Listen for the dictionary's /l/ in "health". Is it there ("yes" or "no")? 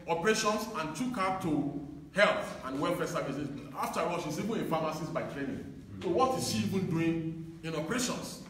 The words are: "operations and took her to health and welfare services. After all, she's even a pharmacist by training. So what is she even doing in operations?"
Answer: yes